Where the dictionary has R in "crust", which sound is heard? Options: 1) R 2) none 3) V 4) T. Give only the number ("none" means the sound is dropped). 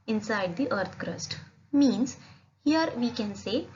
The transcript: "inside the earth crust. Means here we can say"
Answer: 1